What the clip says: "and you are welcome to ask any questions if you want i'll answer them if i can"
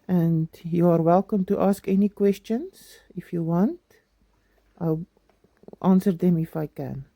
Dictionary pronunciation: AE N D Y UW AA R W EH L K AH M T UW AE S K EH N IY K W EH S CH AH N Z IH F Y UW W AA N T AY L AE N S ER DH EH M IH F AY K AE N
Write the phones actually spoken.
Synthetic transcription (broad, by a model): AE N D Y UW AA R W EH L K AH M T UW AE S K EH N IY K W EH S CH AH N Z IH F Y UW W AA N T AY L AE N S ER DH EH M IH F AY K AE N